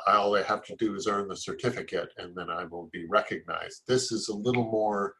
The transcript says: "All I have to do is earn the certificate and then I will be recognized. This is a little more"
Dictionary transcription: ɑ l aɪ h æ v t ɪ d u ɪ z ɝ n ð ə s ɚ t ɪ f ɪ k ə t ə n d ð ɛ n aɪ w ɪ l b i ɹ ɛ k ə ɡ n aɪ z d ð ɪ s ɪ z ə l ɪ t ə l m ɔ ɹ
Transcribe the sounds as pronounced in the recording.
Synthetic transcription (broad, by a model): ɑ l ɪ h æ f t ɪ d ɪ z ɝ n ð ə s ɚ t ɪ f ɪ k ə t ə n ð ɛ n aɪ w ɪ l b i ɹ ɛ k ə ɡ n aɪ z d ð ɪ s ɪ z ə l ɪ t l m ɔ ɹ